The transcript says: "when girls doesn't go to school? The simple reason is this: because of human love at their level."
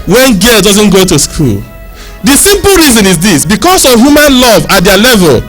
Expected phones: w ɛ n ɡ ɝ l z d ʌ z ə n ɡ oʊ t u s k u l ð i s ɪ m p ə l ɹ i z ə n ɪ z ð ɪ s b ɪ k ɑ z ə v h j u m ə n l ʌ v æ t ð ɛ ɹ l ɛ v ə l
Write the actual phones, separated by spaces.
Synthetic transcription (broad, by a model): w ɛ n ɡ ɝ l d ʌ z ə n ɡ oʊ t u s k u l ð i s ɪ m p l ɹ i z ə n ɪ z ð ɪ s b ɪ k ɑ s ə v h j u m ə n l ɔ v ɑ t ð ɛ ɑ l ɛ v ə l